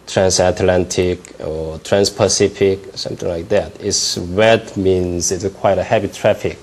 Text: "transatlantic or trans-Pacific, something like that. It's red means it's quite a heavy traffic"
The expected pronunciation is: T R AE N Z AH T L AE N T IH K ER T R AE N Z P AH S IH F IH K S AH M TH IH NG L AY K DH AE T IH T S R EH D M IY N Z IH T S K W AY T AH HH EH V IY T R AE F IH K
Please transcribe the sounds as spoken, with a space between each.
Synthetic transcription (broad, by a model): T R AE N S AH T L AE N T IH K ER T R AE N S P AH S IH F IH K S AH M TH IH NG L AY K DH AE T IH T S W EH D M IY N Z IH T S K W AY T AH HH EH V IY T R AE F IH K